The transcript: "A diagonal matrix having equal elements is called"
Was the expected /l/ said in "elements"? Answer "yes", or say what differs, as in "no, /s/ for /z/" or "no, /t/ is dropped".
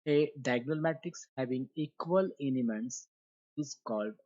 no, /n/ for /l/